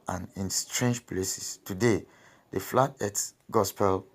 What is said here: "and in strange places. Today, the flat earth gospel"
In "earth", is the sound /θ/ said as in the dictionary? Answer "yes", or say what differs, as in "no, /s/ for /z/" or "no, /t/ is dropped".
no, /t/ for /θ/